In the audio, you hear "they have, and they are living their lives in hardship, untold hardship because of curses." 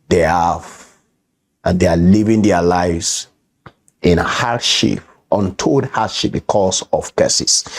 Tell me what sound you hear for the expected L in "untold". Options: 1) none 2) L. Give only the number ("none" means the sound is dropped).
1